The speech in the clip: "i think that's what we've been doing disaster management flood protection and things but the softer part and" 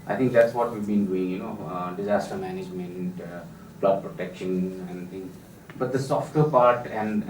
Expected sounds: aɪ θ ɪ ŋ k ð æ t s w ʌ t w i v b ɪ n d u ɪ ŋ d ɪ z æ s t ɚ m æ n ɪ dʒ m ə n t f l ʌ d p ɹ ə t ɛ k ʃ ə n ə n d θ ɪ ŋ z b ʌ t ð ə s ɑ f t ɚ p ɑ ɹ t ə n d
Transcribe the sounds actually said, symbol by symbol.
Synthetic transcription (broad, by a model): aɪ t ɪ ŋ k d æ t s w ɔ t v i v b ɪ n d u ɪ ŋ d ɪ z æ s t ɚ m æ n ɪ dʒ m ə n t p l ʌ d p ɹ ə t ɛ k ʃ ə n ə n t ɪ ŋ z b ʌ t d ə s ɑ f t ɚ p ɑ ɹ t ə n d